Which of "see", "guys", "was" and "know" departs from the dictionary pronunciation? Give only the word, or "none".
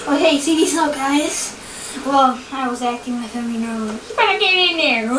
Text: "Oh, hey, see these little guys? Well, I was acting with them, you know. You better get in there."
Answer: none